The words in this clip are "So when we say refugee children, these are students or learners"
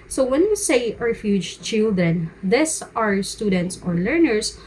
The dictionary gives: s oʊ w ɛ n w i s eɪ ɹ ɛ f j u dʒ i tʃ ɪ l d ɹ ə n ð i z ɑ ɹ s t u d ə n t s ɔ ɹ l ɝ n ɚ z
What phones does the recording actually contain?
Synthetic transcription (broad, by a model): s oʊ w ɛ n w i s eɪ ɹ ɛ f j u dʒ tʃ ɪ l d ɹ ə n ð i s ɑ ɹ s t u d ə n t s ɔ ɹ l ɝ n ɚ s